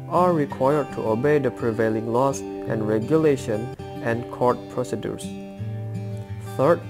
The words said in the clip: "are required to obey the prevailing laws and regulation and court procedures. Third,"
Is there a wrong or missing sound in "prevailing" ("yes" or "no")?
no